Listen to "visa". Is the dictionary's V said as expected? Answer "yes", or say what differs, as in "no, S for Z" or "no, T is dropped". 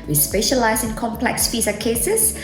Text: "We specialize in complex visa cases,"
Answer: no, F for V